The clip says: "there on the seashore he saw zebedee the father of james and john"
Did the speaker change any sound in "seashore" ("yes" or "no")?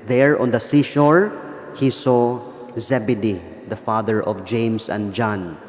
no